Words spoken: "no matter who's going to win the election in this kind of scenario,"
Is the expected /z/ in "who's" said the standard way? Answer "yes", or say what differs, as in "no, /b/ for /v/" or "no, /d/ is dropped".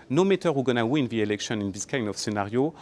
no, /z/ is dropped